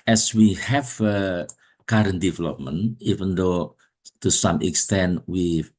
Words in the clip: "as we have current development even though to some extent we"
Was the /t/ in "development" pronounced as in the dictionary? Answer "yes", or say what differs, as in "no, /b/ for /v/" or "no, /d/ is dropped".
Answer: no, /t/ is dropped